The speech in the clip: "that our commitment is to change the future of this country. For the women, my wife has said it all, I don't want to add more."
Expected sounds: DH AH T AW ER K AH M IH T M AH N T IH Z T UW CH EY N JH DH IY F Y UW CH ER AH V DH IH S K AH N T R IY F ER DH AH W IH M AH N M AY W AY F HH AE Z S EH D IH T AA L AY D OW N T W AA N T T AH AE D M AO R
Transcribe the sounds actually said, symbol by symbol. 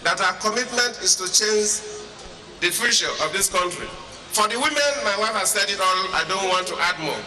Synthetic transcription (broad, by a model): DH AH T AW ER K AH M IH T M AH N T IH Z T UW CH EY N JH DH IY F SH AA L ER AH V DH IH S K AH N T R IY F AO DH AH W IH M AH N M AY W AY F HH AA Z S EH D IH T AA N AY D OW N T W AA N T T AH D M AO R